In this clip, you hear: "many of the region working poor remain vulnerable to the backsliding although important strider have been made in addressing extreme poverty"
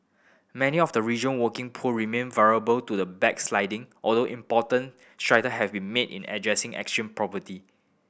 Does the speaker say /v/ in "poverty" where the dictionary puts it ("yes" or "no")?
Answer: no